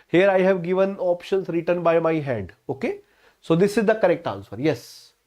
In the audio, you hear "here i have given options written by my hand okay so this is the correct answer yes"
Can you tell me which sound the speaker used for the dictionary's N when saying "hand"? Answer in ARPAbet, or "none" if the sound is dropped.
none